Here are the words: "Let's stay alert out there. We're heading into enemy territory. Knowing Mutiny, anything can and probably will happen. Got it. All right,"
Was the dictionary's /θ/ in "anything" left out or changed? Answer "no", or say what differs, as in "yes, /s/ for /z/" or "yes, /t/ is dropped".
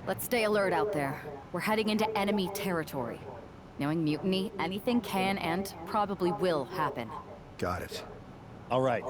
no